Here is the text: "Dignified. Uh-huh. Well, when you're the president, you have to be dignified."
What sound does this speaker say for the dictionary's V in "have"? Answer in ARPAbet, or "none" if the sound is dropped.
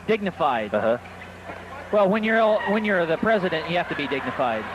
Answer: F